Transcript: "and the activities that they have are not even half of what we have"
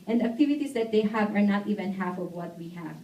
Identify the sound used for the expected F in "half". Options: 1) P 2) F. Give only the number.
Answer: 2